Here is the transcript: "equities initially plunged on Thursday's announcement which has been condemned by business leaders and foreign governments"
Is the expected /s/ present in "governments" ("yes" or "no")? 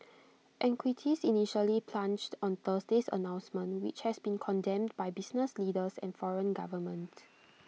no